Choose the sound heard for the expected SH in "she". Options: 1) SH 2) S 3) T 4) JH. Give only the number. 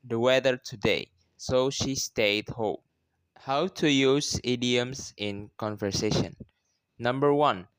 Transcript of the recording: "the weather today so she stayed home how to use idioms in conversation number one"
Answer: 1